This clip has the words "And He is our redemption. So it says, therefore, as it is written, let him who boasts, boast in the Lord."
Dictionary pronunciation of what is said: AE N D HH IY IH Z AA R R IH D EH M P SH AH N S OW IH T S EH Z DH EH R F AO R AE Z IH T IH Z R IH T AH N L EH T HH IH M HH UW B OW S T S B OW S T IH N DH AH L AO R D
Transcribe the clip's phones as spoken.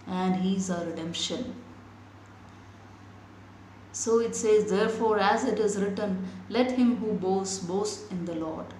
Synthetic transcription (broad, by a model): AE N D HH IY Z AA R R IH D EH M P SH AH N S OW IH T S EH Z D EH R F AO R AE Z IH T IH Z R IH T AH N L EH T HH IH M HH UW B OW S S B OW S IH N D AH L AO R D